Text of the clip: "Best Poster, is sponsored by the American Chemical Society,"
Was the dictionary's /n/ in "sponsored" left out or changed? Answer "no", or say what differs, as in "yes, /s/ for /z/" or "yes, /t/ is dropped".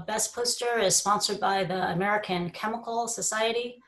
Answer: no